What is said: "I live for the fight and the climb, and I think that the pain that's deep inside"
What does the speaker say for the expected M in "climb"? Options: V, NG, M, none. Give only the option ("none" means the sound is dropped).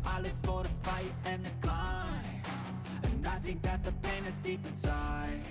none